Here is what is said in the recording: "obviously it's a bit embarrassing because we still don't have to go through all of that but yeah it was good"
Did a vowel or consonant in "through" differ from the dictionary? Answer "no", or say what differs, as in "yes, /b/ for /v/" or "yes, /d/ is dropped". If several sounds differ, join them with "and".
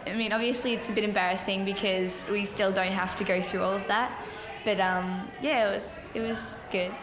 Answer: no